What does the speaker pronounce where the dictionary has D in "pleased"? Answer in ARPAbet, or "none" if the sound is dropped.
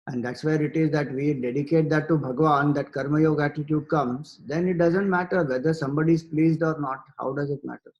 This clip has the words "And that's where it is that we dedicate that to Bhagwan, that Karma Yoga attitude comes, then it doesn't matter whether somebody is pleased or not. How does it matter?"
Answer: D